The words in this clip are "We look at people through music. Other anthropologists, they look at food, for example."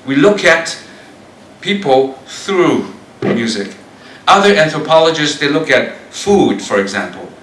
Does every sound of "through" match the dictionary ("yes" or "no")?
yes